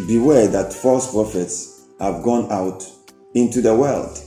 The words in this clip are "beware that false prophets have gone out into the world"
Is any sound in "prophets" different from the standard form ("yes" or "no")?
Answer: no